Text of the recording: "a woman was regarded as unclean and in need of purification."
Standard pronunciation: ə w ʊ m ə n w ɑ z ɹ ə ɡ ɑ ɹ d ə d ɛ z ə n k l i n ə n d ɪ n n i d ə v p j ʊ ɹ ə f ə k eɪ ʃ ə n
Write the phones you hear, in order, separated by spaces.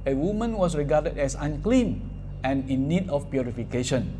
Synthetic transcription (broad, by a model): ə w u m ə n w ɑ s ɹ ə ɡ ɑ d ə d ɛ s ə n k l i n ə n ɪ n n i d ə f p j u ɹ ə f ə k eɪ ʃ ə n